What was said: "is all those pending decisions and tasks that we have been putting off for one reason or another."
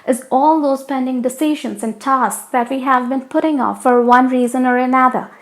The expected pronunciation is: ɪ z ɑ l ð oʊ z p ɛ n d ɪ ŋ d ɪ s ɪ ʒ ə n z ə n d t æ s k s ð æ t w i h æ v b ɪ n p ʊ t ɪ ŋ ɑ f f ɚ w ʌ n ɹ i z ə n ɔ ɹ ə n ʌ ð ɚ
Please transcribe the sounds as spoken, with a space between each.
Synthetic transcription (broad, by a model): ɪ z ɑ l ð oʊ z p ɛ n d ɪ ŋ d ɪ s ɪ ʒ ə n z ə n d t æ s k s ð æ t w i h æ v b ɪ n p ʊ t ɪ ŋ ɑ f f ɚ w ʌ n ɹ i z ə n ɔ ɹ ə n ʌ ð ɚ